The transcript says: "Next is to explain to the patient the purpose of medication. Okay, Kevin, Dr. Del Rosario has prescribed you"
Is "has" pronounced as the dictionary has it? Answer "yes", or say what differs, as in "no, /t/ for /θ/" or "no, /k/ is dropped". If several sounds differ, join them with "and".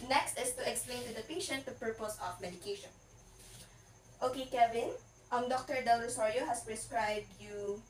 no, /s/ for /z/